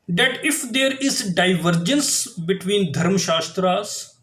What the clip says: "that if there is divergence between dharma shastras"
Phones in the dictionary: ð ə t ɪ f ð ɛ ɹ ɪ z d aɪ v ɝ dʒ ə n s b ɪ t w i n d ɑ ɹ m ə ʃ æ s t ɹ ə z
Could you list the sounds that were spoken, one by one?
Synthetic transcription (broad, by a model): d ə t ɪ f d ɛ ɹ ɪ z d aɪ v ɝ dʒ ə n s b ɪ t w i n d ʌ ɹ m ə ʃ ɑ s t ɹ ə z